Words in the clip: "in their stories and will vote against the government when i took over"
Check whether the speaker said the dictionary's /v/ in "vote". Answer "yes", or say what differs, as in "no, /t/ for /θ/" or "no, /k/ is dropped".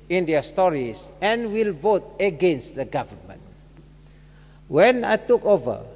yes